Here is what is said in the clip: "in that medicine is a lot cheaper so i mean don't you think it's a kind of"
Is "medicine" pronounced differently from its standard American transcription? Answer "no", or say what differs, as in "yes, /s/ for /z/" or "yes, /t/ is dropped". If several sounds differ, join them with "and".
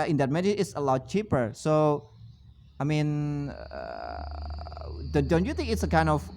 yes, /s/ is dropped